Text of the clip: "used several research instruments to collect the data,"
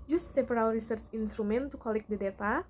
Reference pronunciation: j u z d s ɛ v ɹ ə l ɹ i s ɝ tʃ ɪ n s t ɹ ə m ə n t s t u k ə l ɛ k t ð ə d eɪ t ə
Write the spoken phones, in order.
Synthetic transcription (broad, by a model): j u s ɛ p ɹ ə l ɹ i s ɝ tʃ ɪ n s t ɹ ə m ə n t t u k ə l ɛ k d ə d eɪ t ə